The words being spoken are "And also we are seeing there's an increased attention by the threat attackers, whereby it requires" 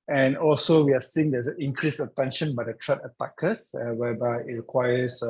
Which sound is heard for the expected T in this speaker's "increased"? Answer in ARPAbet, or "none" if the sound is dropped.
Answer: none